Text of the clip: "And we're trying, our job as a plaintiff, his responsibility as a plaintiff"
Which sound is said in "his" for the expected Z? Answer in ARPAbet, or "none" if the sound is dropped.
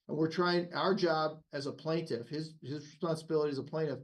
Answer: Z